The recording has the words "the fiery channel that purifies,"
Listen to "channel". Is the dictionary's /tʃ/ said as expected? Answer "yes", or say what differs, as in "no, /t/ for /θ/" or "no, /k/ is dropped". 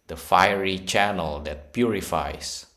yes